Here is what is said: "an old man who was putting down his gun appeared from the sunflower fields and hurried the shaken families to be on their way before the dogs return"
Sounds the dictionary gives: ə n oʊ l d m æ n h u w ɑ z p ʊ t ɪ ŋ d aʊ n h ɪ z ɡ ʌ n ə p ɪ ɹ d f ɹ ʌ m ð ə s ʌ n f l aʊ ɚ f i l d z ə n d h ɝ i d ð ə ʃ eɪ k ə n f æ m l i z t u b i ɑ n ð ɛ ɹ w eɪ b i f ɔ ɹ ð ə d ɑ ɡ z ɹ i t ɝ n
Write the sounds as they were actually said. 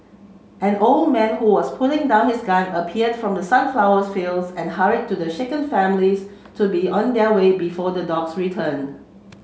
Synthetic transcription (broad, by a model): ə n oʊ l d m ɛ n h u w ɑ s p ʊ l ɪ ŋ d aʊ n h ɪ s ɡ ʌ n ə p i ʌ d f ɹ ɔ m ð ə s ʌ n f l aʊ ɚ f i l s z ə n h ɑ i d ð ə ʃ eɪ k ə n f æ m l i s t u b i ɑ n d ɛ w eɪ b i f ɔ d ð ə d ɑ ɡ s ɹ i t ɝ n